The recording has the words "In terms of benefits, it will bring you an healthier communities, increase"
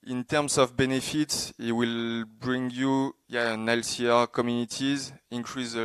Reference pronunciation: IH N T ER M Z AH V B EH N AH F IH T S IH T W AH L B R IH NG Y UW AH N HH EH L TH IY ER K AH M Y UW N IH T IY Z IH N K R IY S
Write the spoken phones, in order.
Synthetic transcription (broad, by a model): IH N T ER M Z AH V B EH N AH F IH T S IH T W AH L B R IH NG Y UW AH N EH L S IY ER K AH M Y UW N IH T IY Z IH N K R IY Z